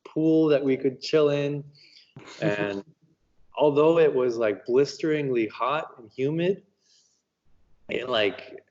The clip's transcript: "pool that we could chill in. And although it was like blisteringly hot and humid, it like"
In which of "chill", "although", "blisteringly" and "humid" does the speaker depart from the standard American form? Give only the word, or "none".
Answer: none